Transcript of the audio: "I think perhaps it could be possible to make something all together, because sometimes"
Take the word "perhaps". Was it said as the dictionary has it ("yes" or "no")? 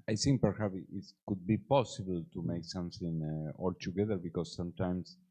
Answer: no